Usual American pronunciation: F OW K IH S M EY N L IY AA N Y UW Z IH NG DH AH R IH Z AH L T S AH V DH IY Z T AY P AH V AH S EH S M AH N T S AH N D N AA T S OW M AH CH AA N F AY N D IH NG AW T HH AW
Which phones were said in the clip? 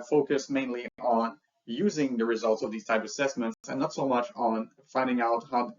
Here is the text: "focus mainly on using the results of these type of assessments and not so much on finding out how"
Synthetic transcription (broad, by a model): F OW K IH S M EY N L IY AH N Y UW Z IH NG DH AH R IH Z AH L T S AH V DH IY Z T AY P AH V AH S EH S M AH N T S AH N N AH T S OW M AH CH N F AY N D IH NG AW T HH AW